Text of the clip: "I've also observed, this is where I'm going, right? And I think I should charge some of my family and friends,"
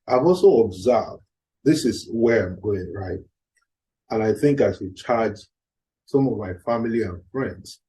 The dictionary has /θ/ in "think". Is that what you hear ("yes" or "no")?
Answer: yes